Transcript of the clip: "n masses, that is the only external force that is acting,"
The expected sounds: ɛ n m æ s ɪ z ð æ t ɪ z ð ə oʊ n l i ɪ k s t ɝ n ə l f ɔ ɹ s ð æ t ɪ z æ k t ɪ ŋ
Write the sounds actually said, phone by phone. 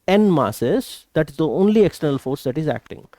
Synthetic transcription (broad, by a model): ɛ n m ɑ s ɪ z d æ t ɪ z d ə oʊ n l i ɪ k s t ɝ n ə l f ɔ ɹ s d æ t ɪ z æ k t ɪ ŋ